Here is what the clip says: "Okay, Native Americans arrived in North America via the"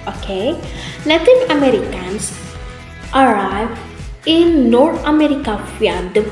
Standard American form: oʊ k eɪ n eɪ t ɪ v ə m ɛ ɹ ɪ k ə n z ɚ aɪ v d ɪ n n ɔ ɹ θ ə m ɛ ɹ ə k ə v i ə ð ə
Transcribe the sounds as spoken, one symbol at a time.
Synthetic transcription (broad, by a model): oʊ k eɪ l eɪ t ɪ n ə m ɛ ɹ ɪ k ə n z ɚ aɪ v ɪ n n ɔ ɹ t ə m ɛ ɹ ə k ə f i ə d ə